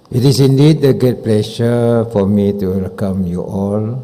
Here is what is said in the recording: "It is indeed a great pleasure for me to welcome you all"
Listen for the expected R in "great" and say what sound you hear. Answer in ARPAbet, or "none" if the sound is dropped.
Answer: none